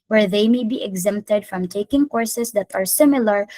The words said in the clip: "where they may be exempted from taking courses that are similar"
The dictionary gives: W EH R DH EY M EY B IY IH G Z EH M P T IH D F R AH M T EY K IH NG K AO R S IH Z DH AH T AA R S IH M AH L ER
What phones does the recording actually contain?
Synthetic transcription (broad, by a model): W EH R DH EY M EY B IY IH G Z EH M P T IH D F R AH M T EY K IH NG K AO R S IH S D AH T AA R S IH M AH L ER